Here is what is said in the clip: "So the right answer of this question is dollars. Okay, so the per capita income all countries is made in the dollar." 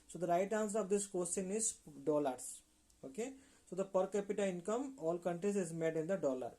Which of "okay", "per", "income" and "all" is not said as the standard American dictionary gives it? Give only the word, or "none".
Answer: none